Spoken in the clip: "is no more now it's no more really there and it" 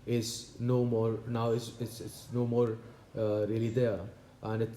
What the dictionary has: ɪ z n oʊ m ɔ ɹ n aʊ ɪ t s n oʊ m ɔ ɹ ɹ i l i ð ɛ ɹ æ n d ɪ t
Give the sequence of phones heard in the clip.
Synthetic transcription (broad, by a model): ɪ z n oʊ m ɔ ɹ n aʊ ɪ s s n oʊ m ɔ ɹ ɹ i l i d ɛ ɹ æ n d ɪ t